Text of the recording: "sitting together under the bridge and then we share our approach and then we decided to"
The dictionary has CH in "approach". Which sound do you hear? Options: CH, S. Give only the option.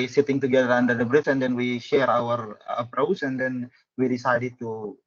S